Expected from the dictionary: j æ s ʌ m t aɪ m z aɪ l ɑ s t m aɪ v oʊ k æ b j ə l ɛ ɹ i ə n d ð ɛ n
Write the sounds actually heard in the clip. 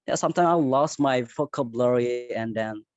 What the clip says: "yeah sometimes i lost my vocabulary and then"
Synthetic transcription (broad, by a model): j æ s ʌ m t aɪ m aɪ l ɑ s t m aɪ f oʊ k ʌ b l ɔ ɹ i ə n d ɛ n